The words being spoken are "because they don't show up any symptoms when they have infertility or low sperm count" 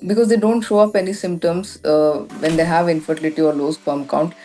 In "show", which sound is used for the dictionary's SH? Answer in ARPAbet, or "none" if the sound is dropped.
SH